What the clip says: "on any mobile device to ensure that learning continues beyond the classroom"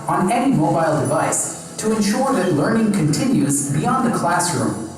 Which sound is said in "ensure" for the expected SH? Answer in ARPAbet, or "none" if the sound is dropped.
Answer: SH